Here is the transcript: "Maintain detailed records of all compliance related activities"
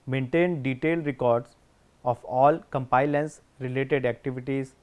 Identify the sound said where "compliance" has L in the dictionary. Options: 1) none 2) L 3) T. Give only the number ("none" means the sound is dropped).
1